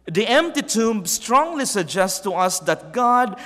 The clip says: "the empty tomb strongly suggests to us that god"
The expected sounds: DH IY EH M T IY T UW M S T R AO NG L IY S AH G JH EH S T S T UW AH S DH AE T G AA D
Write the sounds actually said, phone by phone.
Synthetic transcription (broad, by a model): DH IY EH M T IY T UW M S T R AO NG L IY S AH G JH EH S S T UW AH S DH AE T G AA D